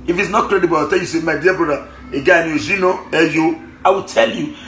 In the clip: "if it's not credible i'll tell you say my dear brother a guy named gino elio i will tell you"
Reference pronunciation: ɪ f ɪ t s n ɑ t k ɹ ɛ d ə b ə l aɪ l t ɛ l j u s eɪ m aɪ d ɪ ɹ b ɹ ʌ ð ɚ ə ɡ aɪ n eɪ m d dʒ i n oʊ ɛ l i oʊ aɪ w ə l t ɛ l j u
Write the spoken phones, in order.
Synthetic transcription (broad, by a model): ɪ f ɪ t s n ɑ t k ɹ ɛ d ə b ə l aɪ t ɛ l j u s eɪ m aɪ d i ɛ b ʌ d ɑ ə ɡ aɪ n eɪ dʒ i n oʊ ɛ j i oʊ aɪ w ə l t ɛ l j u